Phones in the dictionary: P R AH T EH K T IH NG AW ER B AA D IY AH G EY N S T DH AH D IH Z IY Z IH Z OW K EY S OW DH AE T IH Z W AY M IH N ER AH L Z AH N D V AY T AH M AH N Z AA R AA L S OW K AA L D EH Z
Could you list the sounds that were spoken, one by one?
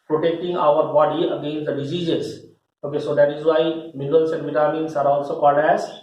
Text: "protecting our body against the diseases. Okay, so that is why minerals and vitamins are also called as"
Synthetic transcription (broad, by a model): P R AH T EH K T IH NG AW ER B AA D IY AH G EY N S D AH D IH Z IY Z IH Z OW K EY S OW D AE T IH Z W AY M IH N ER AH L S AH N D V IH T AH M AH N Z AA R AA L S OW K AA D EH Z